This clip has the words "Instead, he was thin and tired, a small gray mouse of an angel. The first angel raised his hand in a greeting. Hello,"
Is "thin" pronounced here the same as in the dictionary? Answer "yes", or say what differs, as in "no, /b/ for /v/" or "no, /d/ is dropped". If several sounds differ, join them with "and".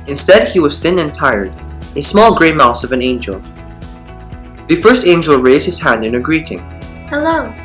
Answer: yes